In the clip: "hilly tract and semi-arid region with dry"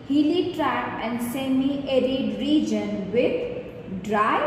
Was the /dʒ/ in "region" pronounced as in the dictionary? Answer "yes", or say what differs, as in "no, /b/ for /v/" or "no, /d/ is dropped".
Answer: yes